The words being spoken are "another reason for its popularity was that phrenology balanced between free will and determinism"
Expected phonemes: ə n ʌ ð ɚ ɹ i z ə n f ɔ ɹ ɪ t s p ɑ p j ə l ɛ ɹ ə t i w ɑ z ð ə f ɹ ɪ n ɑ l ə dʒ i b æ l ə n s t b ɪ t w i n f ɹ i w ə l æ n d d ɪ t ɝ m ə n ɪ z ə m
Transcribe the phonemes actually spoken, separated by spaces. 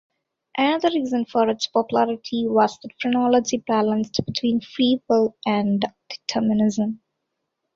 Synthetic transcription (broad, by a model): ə n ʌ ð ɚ ɹ i z ə n f ɔ ɹ ɪ t s p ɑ p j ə l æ ɹ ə t i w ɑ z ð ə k ɹ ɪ n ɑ l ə dʒ i b æ l ə n s t b ɪ t w i n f i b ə l æ n d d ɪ t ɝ m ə n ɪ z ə m